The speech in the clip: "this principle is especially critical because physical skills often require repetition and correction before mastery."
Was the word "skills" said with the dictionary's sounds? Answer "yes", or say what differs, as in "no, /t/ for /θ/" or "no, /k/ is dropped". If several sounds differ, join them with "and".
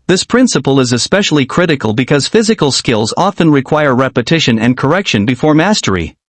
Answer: yes